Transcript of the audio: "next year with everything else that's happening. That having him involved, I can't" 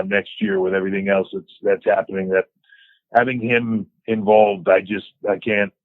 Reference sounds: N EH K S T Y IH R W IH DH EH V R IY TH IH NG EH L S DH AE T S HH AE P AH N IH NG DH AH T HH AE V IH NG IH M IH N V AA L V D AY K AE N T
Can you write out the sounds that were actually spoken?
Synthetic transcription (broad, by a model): N EH K S T Y IH R W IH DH EH V R IY TH IH NG EH L S DH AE T S HH AE P AH N IH NG DH AH T HH AE V IH NG IH M IH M V AA L V D AY K AE N T